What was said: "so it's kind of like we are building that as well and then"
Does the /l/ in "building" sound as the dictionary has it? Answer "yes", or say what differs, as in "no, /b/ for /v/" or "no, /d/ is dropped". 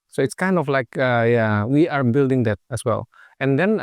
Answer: yes